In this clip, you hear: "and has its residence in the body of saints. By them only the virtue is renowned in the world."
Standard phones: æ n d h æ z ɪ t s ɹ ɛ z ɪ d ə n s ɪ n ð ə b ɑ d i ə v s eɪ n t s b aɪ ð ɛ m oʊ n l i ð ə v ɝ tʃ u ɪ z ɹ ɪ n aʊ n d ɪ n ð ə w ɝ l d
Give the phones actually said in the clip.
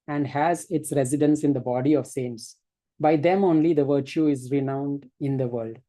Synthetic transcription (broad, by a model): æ n d h æ z ɪ t s ɹ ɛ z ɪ d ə n s ɪ n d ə b ɑ d i ə v s eɪ n t s b aɪ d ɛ m oʊ n l i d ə v ɝ tʃ u ɪ z ɹ ɪ n aʊ n d ɪ n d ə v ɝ l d